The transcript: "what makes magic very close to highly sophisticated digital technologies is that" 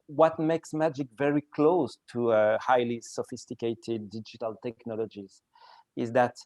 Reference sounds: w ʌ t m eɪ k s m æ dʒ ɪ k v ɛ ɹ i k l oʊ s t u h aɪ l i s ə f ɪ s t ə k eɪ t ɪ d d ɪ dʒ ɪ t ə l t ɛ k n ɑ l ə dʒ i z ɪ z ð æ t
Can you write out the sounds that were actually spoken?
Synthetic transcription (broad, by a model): w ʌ t m eɪ k s m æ dʒ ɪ k v ɛ ɹ i k l oʊ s t u h aɪ l i s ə f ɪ s t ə k eɪ t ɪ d d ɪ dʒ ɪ t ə l t ɛ k n ɑ l ə dʒ i z ɪ z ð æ t